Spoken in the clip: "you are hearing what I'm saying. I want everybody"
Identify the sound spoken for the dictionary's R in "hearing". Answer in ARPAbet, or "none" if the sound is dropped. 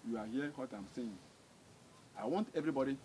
none